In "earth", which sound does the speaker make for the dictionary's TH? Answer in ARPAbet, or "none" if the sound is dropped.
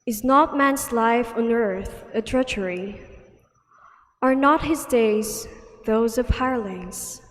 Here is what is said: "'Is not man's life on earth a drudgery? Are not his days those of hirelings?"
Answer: TH